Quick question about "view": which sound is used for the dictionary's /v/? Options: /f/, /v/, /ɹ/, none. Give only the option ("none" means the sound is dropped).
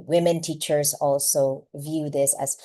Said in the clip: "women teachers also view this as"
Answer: /v/